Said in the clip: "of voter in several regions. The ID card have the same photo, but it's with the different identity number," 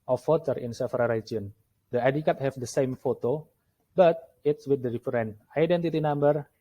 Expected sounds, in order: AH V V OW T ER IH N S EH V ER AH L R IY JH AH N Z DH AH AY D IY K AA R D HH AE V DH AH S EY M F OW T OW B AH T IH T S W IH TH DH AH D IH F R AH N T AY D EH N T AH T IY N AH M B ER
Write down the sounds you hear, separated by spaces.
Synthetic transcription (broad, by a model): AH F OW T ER IH N S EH F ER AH R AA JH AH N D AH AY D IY K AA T HH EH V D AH S EY M F OW T OW B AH T IH T S W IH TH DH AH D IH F R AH N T AY D EH N T AH T IY N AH M B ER